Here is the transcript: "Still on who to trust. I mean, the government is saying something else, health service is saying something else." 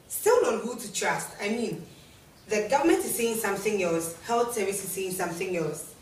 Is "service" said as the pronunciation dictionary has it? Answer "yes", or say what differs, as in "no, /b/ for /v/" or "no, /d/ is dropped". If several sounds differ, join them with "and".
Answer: no, /v/ is dropped